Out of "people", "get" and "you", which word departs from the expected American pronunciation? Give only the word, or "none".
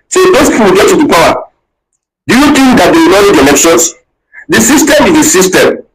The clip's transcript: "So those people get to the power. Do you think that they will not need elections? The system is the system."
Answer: people